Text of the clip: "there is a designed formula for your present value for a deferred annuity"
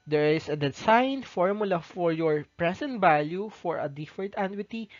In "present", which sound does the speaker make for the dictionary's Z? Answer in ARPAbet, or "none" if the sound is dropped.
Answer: S